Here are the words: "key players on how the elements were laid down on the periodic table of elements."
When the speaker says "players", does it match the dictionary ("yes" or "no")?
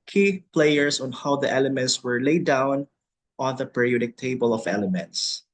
no